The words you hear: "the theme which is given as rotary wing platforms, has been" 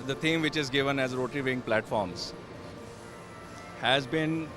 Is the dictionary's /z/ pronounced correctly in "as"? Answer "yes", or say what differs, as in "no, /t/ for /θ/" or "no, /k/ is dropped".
yes